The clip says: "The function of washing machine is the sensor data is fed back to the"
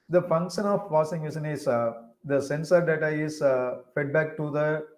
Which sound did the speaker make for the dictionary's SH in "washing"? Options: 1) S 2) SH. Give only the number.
1